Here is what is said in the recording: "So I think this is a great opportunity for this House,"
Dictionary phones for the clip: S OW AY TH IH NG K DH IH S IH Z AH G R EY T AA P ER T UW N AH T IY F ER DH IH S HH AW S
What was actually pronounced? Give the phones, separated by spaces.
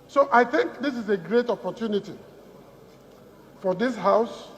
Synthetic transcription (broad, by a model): S OW AY TH IH NG K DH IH S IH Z AH G R EY T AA P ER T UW N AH T IY F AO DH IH S HH AW S